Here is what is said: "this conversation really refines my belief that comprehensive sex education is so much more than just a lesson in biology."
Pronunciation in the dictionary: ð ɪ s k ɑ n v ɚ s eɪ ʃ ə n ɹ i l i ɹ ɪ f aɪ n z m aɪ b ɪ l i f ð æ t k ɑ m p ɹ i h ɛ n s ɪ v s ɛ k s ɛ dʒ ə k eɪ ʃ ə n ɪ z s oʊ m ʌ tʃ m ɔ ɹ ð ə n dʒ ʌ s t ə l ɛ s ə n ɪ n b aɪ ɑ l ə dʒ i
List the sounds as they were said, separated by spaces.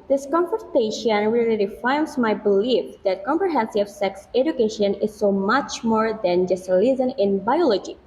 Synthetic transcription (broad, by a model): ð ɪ s k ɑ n f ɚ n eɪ ʃ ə n ɹ i l i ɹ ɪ f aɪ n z m aɪ b ɪ l i f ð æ t k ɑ m p ɹ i h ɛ n s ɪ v s ɛ k s ɛ dʒ ə k eɪ ʃ ə n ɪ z s oʊ m ʌ tʃ m ɔ ɹ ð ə n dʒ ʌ s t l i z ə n ɪ n b aɪ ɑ l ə dʒ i